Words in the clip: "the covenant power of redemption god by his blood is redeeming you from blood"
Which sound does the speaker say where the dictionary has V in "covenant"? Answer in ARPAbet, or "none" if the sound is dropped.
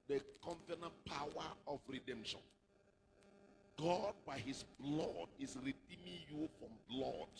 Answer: F